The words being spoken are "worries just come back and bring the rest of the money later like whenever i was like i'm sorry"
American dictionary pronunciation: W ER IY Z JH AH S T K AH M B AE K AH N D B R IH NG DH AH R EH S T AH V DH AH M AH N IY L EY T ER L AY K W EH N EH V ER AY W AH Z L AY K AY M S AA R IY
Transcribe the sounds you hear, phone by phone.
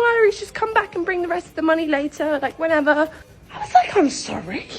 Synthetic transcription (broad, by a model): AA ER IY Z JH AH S K AH M B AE K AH N B R IH NG DH AH R EH S T AH V DH AH M AH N IY L EY T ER L AY K W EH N EH V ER AY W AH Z L AY K AY M S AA R IY